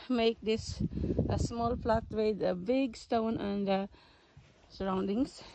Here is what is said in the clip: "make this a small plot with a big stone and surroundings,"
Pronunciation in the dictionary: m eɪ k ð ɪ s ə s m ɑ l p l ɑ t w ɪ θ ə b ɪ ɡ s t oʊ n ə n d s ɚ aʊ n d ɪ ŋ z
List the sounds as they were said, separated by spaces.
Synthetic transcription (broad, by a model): m eɪ k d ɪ s ə s m ɑ l p l ɑ t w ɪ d ə b ɪ ɡ s t oʊ n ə n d s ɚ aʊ n d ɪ ŋ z